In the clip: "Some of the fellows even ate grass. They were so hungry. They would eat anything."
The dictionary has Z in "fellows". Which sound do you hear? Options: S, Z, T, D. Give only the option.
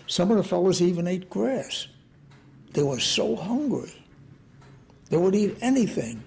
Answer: Z